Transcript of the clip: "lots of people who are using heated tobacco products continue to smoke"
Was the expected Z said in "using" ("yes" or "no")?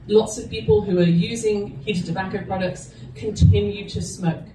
yes